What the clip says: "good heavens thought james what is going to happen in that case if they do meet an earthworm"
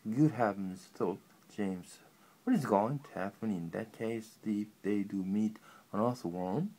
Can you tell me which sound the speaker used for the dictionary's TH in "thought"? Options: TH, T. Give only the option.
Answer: T